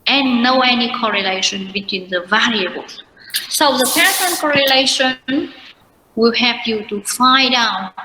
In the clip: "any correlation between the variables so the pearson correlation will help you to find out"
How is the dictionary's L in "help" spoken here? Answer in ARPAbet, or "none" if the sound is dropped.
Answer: none